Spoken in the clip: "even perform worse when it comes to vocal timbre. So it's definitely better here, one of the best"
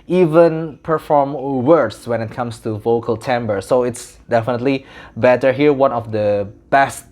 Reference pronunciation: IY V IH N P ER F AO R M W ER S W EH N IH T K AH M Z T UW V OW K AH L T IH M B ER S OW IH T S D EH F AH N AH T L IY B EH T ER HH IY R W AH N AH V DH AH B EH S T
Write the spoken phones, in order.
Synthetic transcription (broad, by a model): IY V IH N P ER F AO R M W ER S W EH N IH T K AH M S T UW V OW K AH L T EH M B ER S OW IH T S D EH F AH N AH T L IY B EH T ER HH IY R W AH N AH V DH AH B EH S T